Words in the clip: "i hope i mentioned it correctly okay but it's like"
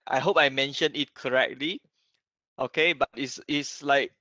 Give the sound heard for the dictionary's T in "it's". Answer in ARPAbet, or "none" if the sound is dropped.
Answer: S